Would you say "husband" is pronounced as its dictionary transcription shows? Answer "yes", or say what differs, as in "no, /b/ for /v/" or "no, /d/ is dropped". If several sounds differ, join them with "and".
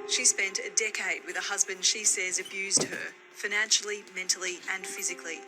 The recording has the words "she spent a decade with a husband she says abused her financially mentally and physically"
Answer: yes